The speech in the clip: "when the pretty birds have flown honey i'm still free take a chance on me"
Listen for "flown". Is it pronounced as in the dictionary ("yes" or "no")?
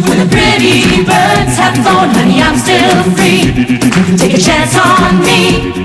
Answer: no